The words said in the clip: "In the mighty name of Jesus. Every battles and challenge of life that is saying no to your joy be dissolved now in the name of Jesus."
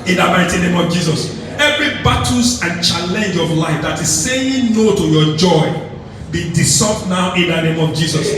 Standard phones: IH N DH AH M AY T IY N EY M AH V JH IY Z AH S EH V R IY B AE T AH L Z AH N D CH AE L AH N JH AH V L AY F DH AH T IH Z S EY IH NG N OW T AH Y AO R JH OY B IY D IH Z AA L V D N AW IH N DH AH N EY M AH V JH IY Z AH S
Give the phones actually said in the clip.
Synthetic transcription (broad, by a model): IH N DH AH M AY T IY N EY M AH V JH IY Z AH S EH V R IY B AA T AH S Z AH N CH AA L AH N JH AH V L AY F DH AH T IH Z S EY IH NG N OW T AH Y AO JH OY B IY D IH S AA V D N AW IH N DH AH N EY M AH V JH IY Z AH S